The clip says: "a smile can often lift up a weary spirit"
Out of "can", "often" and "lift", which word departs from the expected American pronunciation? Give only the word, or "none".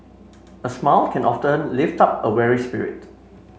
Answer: none